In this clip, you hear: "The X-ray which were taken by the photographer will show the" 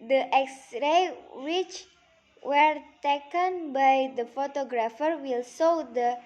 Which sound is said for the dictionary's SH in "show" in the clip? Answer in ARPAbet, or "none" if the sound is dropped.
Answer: S